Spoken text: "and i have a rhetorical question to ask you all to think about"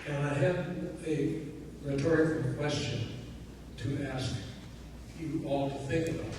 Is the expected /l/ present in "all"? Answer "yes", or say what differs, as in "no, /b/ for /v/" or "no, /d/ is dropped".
yes